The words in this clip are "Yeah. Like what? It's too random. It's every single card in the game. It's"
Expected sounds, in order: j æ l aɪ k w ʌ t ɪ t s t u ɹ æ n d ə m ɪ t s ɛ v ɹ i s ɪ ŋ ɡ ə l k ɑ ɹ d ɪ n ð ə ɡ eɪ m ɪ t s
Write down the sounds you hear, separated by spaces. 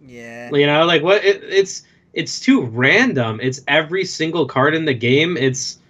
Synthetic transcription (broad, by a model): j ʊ l aɪ k w ʌ t ɪ t s t u ɹ æ n d ə m ɪ t s ɛ v ɹ i s ɪ ŋ ɡ l k ɑ ɹ d ɪ n ð ə ɡ eɪ m ɪ t s